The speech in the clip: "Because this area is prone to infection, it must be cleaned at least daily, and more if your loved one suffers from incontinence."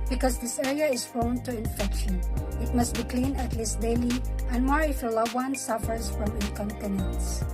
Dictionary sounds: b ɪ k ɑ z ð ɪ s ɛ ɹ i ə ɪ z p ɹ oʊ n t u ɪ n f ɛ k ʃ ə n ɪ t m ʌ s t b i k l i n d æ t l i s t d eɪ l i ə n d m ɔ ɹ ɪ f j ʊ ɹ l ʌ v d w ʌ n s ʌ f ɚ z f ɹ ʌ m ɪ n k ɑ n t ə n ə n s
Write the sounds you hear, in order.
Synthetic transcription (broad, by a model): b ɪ k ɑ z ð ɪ s ɛ ɹ i ə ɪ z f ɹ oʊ n t u ɪ n f ɛ k ʃ ə n ɪ t m ʌ s t b i k l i n æ t l i s t d eɪ l i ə n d m ɔ ɹ ɪ f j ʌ l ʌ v w ʌ n s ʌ f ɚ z f ɹ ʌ m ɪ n k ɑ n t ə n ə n s